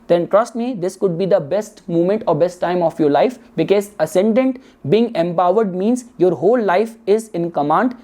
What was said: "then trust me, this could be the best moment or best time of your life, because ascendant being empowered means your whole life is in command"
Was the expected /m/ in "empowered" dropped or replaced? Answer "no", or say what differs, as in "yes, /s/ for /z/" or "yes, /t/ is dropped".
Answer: no